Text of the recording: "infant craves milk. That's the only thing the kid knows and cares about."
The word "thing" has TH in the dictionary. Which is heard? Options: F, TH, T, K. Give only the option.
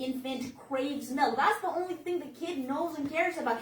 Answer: TH